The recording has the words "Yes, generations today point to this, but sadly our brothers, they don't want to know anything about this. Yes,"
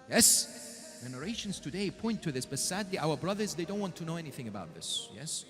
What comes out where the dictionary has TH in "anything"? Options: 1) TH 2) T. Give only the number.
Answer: 1